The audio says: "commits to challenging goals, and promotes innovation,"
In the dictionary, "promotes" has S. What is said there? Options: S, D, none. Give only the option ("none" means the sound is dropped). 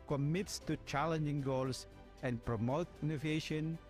none